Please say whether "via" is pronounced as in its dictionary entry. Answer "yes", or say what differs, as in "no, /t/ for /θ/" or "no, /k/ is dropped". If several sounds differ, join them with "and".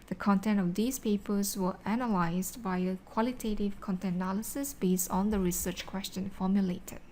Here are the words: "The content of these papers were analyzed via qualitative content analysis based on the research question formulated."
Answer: no, /b/ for /v/